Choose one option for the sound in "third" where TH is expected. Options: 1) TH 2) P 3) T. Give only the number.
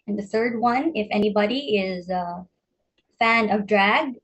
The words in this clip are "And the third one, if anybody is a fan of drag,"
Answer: 1